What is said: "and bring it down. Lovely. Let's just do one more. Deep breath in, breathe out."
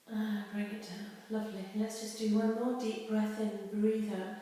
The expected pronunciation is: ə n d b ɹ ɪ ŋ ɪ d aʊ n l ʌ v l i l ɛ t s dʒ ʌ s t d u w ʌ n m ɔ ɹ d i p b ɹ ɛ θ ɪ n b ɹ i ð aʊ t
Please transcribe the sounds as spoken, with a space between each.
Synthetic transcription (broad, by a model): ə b ɹ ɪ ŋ ɪ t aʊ l ʌ v l i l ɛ t s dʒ ʌ s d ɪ w ʌ n m ɔ ɹ d i p b ɹ ɛ θ ɪ n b ɹ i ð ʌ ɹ